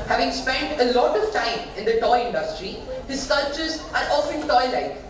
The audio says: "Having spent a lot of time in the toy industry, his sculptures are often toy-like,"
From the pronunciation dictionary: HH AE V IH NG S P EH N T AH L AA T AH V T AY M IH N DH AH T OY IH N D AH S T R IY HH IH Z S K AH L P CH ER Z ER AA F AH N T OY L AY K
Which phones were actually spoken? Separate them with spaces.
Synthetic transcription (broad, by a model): HH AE V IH NG S P EH N T AH L AA T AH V T AY M IH N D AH T OY IH N D AH S T R IY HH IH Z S AH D CH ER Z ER AA F AH N T OY L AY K